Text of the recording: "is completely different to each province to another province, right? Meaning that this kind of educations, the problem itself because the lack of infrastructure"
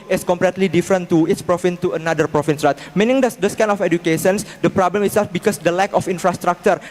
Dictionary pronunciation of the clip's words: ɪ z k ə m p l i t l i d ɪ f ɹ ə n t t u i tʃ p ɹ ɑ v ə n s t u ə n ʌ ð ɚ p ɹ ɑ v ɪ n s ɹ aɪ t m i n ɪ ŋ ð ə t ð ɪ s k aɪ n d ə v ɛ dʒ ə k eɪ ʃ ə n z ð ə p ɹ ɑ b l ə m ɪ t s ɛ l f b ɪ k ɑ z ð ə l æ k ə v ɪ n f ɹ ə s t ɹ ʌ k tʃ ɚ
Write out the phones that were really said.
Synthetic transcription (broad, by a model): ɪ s k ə m p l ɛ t l i d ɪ f ɹ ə n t t u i s p ɹ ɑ f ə n t u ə n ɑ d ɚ p ɹ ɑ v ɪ n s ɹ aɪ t m i n ɪ ŋ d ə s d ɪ s k aɪ n ə f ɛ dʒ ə k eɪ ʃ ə n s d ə p ɹ ɑ b l ə m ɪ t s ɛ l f b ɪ k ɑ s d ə l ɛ k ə f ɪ n f ɹ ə s t ɹ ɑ k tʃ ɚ